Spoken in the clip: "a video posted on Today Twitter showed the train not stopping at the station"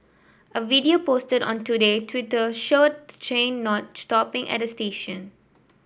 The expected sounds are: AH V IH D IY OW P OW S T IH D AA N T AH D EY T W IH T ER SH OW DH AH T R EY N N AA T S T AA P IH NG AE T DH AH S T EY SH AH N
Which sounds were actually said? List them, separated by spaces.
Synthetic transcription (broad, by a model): AH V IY D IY OW P OW S T IH D AA N T AH D EY T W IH T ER SH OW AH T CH EY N N AA T S T AA P IH NG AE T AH S T EY SH AH N